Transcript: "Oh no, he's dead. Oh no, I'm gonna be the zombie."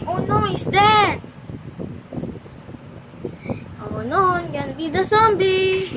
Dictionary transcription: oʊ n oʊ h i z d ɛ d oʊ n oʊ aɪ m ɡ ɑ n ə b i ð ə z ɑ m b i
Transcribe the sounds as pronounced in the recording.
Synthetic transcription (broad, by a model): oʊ n oʊ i s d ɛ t oʊ n oʊ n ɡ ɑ n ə b i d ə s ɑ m b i